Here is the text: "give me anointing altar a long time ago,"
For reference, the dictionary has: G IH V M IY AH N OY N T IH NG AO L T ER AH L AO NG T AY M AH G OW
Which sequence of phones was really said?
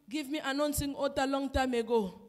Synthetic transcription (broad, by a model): G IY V M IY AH N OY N S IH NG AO T AH L AO NG T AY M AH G OW